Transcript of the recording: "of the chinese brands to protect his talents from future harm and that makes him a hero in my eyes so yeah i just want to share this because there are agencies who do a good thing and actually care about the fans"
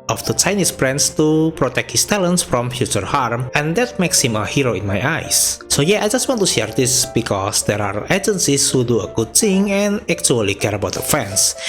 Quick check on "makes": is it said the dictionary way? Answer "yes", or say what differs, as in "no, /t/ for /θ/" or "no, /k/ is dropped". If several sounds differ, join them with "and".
yes